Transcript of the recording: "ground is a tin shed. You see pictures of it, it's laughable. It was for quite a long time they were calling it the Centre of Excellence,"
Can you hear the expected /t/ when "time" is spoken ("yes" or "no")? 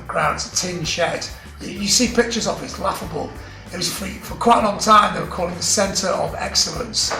yes